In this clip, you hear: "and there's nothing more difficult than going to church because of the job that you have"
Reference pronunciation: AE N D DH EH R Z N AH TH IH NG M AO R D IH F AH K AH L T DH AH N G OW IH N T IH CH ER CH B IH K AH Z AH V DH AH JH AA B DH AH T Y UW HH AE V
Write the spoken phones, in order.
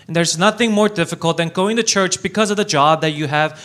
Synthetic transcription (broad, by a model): N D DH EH R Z N AH TH IH NG M AO R D IH F AH K AH L T DH AH N G OW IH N T IH CH ER CH B IH K AH Z AH V DH AH JH AA B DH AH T Y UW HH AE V